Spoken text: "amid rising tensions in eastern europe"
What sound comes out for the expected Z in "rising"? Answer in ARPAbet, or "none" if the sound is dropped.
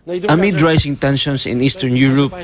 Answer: S